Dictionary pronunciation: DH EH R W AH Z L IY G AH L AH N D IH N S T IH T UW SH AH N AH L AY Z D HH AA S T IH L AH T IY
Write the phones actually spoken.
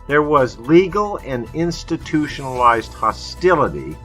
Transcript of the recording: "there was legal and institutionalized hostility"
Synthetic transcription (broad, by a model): DH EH R W AH Z L IY G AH L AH N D IH N S T IH T UW SH AH N AH L AY Z D HH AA S T IH L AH T IY